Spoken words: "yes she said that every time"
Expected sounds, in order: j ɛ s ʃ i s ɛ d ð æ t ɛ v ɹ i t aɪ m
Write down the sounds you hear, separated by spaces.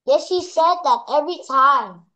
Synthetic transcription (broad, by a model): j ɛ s ʃ i s ɛ d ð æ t ɛ v ɹ i t aɪ m